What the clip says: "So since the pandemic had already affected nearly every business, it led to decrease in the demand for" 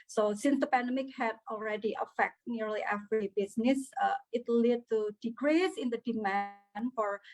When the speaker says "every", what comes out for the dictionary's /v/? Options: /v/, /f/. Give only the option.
/f/